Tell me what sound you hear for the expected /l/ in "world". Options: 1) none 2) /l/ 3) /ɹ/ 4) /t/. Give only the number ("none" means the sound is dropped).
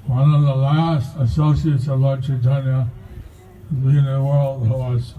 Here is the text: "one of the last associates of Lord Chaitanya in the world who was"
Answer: 2